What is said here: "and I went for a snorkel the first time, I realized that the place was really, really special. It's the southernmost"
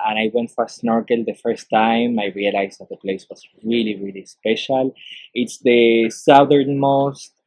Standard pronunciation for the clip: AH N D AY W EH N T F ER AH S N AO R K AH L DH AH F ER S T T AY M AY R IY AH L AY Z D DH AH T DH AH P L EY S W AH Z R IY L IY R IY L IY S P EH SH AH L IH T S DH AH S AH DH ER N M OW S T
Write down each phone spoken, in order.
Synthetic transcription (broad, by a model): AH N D AY W EH N T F AH S N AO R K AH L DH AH F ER S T T AY M AY R IY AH L AY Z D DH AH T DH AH P L EY S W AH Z R IY L IY R IY L IY S P EH SH AH L IH T S DH AH S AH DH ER N M OW S T